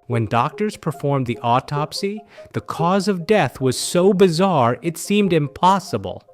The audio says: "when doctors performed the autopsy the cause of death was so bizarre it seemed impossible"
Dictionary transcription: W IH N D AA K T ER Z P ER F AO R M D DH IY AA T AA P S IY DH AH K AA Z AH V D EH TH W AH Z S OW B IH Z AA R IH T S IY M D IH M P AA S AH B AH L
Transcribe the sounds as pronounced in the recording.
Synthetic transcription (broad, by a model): W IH N D AA K T ER Z P ER F AO R M DH IY AA T AA P S IY DH AH K AA Z AH V D EH TH W AH Z S OW B IH Z AA R IH T S IY M D IH M P AA S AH B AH L